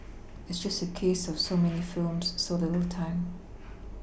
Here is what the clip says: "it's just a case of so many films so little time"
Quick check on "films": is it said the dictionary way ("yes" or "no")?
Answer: yes